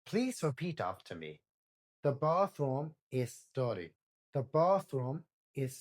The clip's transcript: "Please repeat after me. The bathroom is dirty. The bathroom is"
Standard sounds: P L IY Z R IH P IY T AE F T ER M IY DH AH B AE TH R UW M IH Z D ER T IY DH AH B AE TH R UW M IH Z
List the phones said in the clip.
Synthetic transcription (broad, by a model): P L IY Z R IH P IY T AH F T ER M IY DH AH B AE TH R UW M IH Z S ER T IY DH AH B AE TH R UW M IH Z